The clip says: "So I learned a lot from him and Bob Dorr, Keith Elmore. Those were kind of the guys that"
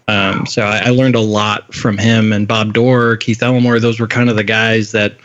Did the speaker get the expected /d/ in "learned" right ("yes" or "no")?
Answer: yes